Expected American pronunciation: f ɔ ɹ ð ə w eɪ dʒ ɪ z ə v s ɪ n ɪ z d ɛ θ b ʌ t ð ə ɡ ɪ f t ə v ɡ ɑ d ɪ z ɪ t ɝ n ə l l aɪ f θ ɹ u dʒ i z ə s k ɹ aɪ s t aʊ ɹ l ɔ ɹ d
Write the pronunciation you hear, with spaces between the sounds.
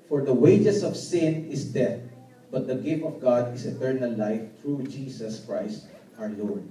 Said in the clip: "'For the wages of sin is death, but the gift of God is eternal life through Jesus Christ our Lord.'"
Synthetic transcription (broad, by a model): f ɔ ɹ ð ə w eɪ dʒ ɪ s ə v s ɪ n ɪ s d ɛ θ b ʌ t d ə ɡ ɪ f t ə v ɡ ɑ d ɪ s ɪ t ɝ n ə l l aɪ f t ɹ u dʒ i s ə s k ɹ aɪ s t aʊ ɹ l ɔ ɹ d